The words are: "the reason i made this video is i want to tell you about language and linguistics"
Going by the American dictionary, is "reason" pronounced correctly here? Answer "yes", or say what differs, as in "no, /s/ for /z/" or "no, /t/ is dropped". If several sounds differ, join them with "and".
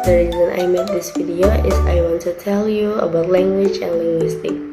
yes